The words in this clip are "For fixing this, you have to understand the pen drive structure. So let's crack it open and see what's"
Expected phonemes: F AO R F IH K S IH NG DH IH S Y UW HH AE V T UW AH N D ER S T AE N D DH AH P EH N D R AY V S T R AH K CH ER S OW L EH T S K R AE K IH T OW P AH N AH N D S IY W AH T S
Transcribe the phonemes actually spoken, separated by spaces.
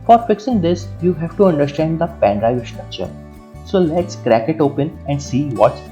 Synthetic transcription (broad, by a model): F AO R F IH K S IH NG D IH S Y UW HH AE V T UW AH N D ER S T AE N D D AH P EH N D R AY V S T R AH K CH ER S OW L EH T S K R AE K IH T OW P AH N AH N D S IY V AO T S